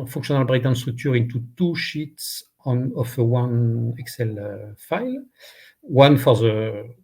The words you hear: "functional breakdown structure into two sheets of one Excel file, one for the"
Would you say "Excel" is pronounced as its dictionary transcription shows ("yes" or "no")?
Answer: yes